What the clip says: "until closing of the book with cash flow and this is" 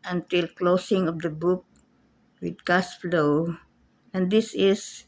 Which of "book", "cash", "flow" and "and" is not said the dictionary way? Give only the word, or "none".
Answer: cash